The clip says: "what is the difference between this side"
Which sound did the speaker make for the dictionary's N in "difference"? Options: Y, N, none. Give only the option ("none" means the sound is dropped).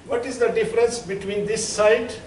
N